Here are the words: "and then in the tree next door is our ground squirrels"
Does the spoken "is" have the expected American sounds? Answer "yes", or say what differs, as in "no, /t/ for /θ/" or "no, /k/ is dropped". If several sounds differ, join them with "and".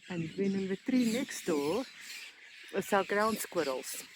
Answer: no, /s/ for /z/